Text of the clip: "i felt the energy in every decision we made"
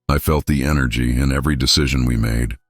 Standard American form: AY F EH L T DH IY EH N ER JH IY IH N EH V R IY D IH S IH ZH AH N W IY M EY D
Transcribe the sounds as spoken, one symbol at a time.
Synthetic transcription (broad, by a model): AY F EH L T DH IY EH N ER JH IY IH N EH V R IY D IH S IH ZH AH N W IY M EY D